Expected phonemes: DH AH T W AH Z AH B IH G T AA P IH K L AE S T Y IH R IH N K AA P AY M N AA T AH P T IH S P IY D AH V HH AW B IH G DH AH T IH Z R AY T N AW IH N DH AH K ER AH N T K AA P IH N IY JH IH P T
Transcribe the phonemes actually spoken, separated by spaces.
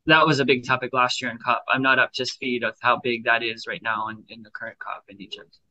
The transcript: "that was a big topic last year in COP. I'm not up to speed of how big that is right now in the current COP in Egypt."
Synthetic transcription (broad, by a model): DH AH T W AH Z AH B IH G T AA P IH K L AE S T Y IH R IH N K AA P AY M N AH T AH P T IH S P IY D AH V HH AW B IH G DH AH T IH Z R AY T N AW IH N DH AH K ER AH N K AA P IH N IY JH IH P T